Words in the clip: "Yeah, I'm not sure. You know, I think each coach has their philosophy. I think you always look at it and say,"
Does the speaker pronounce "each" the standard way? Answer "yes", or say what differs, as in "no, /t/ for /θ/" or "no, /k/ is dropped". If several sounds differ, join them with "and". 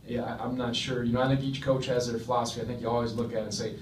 yes